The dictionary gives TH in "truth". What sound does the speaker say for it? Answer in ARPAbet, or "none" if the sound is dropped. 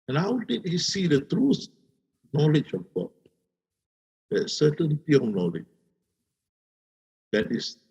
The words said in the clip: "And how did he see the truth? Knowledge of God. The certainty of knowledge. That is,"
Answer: S